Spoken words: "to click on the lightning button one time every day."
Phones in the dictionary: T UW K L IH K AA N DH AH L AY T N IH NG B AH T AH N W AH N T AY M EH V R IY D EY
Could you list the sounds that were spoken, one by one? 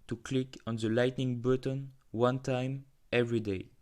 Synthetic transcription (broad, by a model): T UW K L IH K AA N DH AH L AY T N IH NG B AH T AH N W AH N T AY M EH V R IY D EY